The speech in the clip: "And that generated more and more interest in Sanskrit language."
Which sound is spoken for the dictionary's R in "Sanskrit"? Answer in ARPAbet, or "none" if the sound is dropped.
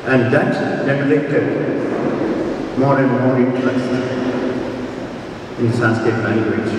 none